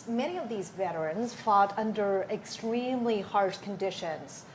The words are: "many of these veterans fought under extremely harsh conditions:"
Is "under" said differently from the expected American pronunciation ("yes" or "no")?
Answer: no